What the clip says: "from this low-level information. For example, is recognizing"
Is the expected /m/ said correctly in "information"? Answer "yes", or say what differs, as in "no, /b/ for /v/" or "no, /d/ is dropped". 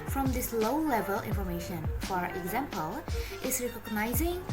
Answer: yes